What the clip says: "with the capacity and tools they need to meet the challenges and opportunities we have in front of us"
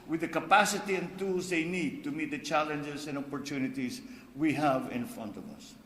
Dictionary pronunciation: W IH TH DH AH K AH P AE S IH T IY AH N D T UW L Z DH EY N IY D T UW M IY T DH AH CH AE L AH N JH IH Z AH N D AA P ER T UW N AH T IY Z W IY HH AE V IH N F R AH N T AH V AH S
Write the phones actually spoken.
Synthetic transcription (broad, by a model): W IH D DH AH K AH P AE S IH T IY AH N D T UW L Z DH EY N IY D T UW M IY T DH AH CH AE L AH N JH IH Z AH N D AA P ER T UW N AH T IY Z W IY HH AE V IH N F R AH N T AH V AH S